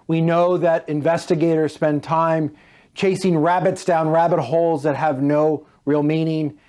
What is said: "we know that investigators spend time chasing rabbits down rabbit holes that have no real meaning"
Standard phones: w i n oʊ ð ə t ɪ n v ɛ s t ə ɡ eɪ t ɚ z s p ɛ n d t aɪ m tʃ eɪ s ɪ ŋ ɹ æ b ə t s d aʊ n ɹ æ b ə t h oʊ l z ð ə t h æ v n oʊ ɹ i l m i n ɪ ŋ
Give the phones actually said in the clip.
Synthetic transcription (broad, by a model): w i n oʊ ð ə t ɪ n v ɛ s t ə ɡ eɪ t ɚ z s p ɛ n t aɪ m tʃ eɪ s ɪ ŋ ɹ æ b ə t s d aʊ n ɹ æ b ə t h oʊ l z ð ə t h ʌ v n oʊ ɹ i l m i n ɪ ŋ